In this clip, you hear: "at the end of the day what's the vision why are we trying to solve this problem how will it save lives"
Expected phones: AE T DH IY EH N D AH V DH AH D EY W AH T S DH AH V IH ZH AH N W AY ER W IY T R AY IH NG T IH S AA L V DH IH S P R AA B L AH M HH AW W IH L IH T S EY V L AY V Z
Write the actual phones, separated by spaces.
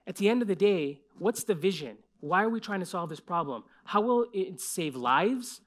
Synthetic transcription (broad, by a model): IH T DH IY EH N D AH V DH AH D EY W AH T S DH AH V IH ZH AH N W AY ER W IY T R AY IH NG T IH S AA L V DH IH S P R AA B L AH M HH AW W IH L IH T S EY V L AY V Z